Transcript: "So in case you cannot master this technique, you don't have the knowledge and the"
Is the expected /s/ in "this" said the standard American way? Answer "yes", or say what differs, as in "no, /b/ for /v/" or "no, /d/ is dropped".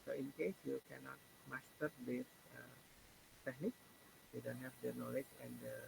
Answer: no, /θ/ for /s/